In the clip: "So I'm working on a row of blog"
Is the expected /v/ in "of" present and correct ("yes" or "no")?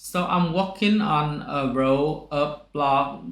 no